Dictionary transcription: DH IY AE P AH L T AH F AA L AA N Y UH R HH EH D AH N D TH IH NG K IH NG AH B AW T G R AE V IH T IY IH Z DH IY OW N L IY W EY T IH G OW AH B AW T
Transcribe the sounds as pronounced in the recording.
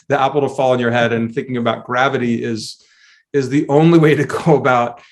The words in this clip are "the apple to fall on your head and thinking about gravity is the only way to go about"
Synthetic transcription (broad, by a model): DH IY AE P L T AH F AA L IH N Y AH R HH EH D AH N TH IH NG K IH NG AH B AW T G R AE V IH T IY IH Z DH IY OW N L IY W EY T IH G OW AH B AW T